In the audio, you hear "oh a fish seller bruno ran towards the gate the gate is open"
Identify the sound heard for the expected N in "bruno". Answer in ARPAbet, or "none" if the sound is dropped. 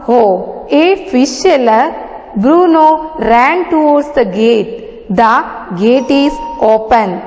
N